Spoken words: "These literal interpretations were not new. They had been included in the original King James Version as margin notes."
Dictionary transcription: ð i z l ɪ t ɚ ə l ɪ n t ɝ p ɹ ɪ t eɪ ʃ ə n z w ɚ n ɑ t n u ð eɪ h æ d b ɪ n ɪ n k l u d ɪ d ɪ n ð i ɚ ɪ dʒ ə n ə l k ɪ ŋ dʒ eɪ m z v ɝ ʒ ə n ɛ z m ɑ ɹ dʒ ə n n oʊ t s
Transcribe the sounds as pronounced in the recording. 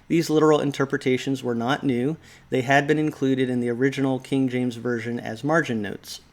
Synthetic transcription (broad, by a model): ð i z l ɪ t ɚ l ɪ n t ɝ p ɹ ɪ t eɪ ʃ ə n z w ɚ n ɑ t n u ð eɪ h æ d b ɪ n ɪ n k l u d ɪ d ɪ n ð i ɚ ɪ dʒ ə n l k ɪ ŋ dʒ eɪ m z v ɝ ʒ ə n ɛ z m ɑ ɹ dʒ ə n n oʊ t s